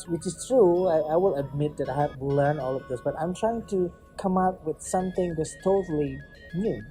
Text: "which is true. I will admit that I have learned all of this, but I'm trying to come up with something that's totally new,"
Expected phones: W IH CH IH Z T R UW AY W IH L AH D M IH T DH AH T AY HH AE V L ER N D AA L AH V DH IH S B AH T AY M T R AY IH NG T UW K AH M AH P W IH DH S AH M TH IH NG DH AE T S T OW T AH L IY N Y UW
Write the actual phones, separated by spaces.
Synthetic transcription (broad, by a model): W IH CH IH S T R UW AY W IH L AH D M IH T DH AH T AY HH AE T L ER N AA L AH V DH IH S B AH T AY M T R AY IH NG T UW K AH M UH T W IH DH S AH M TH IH NG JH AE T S T OW T AH L IY N Y UW